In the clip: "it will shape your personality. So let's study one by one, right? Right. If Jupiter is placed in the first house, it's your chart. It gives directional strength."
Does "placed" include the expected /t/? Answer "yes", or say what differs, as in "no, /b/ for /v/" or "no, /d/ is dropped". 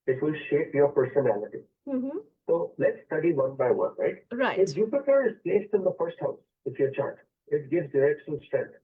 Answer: yes